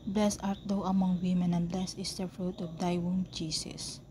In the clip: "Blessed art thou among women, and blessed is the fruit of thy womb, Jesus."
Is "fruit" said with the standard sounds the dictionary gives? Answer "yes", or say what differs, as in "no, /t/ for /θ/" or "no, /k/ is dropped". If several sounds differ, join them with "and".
yes